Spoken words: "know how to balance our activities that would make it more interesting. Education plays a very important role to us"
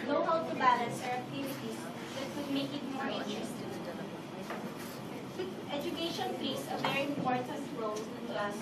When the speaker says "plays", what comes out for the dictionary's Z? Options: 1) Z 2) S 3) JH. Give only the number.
2